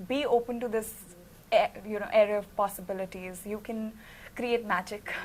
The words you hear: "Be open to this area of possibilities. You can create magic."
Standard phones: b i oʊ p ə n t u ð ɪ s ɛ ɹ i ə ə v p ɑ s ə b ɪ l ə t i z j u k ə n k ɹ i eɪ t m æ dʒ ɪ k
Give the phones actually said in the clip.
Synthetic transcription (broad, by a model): b i oʊ p ə n t u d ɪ s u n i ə ə v p ɑ s ə b ɪ l ə t i z j u k ə n k ɹ i eɪ t m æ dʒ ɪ k